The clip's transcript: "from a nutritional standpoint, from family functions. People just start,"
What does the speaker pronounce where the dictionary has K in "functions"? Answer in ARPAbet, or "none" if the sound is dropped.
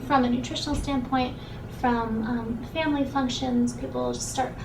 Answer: K